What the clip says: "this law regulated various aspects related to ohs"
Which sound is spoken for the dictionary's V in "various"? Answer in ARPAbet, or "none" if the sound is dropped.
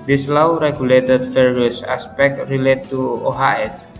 F